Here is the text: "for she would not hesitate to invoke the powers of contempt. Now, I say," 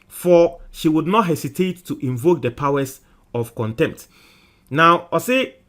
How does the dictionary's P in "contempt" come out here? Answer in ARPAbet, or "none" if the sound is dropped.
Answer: P